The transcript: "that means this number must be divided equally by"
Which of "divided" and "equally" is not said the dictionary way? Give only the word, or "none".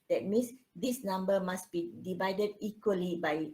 none